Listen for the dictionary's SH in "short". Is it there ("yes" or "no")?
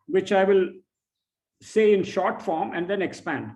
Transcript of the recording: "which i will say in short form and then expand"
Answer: yes